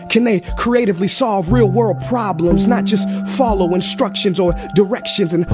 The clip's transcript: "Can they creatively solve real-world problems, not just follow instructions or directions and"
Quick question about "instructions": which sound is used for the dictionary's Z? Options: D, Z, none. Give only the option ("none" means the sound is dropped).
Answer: Z